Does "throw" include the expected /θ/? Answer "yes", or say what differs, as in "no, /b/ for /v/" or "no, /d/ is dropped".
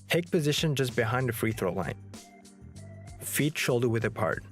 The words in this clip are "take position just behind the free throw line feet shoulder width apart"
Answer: yes